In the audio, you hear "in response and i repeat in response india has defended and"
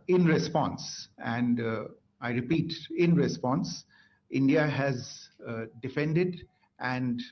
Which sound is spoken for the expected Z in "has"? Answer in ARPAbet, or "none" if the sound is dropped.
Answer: Z